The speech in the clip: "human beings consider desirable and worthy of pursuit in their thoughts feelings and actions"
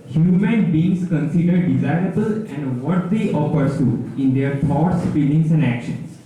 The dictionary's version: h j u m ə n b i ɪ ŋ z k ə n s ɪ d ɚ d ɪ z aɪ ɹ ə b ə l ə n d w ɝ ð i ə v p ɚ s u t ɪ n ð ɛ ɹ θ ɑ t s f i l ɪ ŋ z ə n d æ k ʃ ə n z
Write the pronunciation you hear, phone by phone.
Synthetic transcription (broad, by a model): h j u m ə n b i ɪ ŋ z k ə n s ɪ d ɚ d ɪ z aɪ ɹ ə b ə l ə n d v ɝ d i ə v p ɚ s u ɪ n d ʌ ɹ t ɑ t s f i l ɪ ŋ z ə n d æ k ʃ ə n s